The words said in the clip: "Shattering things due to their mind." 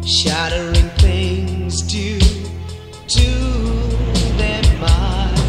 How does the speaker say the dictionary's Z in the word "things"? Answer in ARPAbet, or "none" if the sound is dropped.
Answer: Z